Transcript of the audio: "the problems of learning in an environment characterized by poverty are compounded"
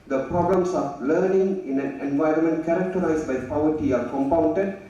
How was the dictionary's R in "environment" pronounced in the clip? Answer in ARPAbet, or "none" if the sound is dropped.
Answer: R